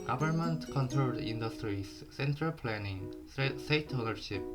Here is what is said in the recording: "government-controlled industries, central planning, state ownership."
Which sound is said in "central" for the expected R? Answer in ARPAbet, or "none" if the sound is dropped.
R